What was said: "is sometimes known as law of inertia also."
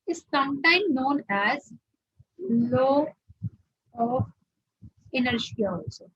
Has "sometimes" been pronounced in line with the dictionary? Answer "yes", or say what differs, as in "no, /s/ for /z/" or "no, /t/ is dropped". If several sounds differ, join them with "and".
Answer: no, /z/ is dropped